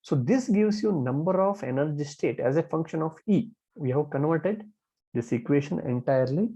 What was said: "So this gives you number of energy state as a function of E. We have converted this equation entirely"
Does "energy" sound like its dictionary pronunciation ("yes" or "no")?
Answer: yes